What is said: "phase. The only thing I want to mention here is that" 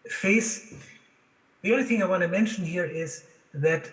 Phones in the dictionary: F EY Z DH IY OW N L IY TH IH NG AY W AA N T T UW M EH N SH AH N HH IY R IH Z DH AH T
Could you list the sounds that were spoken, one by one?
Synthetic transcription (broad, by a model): F EY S DH IY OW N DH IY TH IH NG AY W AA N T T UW M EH N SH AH N HH IY R IH Z DH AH T